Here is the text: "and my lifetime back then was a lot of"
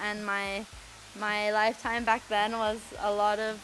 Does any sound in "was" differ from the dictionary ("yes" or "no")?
no